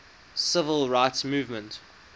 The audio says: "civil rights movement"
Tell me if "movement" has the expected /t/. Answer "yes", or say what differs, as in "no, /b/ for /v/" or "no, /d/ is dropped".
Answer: yes